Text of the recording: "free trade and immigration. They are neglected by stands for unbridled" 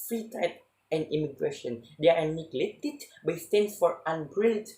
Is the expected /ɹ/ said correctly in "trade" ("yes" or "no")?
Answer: no